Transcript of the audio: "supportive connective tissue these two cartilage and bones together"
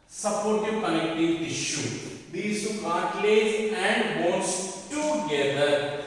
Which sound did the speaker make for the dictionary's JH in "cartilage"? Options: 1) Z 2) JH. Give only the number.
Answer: 1